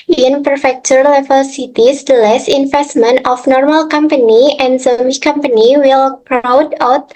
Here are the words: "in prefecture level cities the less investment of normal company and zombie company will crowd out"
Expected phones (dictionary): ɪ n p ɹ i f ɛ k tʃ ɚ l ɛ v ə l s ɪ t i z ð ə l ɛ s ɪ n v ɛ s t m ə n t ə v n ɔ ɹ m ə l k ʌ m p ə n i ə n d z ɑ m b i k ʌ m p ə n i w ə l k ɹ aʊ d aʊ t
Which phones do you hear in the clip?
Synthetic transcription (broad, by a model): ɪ n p ɹ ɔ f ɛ k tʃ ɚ l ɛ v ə l s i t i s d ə l ɛ s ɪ n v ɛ s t m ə n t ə f n ɔ ɹ m ə l k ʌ m p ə n i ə n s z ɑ m i k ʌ m p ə n i w ə l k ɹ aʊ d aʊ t